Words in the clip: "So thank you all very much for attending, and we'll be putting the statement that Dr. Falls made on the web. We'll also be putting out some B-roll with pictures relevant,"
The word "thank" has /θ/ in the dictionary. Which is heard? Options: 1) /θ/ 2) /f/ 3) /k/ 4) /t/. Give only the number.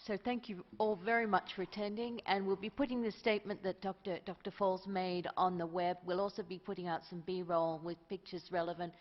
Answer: 1